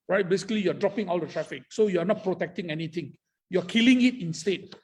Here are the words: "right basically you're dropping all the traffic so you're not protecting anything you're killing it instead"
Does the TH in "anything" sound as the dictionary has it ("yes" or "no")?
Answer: no